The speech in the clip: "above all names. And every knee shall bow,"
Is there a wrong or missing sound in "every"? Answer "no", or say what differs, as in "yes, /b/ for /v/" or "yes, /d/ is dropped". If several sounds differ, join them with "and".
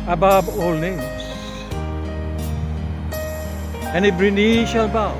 yes, /b/ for /v/